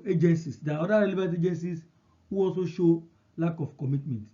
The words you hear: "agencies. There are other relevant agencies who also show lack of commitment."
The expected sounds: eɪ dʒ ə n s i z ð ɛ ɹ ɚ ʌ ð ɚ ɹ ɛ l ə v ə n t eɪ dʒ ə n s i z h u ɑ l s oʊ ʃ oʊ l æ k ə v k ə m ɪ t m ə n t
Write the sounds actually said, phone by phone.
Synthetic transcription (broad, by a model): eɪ dʒ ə n s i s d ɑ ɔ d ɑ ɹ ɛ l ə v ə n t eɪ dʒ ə n s i s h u ɑ l s oʊ ʃ oʊ l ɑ k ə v k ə m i t m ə n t